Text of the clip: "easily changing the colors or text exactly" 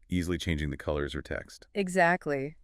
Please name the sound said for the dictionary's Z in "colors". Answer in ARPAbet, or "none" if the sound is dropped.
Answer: Z